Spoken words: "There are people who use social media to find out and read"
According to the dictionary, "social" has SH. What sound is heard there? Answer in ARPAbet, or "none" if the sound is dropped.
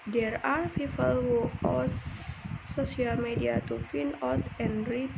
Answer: none